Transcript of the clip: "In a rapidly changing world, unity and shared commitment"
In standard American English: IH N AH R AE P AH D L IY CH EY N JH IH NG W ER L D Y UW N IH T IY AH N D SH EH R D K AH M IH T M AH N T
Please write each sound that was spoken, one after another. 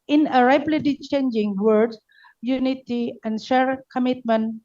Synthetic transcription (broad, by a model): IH N AH R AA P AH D IY CH EY N JH IH NG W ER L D Y UW N IH T IY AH N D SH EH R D K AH M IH T M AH N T